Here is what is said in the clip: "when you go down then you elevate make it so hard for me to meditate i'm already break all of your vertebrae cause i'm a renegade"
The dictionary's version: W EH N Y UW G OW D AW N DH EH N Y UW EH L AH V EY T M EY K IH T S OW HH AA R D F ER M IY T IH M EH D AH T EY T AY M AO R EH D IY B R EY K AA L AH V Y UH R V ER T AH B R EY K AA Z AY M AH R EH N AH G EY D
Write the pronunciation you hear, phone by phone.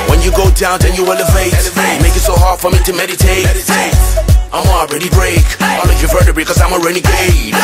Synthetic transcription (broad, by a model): W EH N Y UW G OW D AW N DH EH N Y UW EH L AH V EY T M EY K IH T S OW HH AA R D F ER M IY T IH M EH D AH T EY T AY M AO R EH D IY B R EY K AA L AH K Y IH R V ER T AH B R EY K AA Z AY M AH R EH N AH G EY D